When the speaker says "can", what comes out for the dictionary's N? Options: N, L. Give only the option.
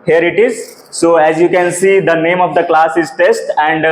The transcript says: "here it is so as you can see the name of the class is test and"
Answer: N